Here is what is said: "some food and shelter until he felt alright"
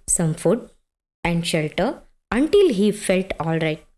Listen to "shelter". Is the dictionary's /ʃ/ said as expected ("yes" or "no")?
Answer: yes